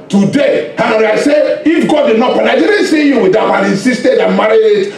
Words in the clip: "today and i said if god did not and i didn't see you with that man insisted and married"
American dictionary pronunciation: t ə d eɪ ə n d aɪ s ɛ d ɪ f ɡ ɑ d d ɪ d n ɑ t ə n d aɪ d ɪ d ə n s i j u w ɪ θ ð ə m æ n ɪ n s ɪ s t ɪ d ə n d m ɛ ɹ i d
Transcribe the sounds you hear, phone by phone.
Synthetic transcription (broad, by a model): t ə d eɪ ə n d aɪ s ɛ ɪ f ɡ ɑ d d ɪ d n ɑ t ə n aɪ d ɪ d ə n s i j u w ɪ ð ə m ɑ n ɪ n s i s t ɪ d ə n m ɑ ɹ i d